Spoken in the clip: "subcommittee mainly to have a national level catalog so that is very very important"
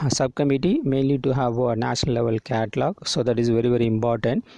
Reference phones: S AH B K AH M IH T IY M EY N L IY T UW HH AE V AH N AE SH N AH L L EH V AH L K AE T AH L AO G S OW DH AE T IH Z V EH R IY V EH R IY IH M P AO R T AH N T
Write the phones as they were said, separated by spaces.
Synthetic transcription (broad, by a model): S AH B K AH M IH T IY M EY N L IY T UW HH AE V AH N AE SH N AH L L EH V AH L K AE T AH L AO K S OW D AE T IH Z V EH R IY V EH R IY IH M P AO R T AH N T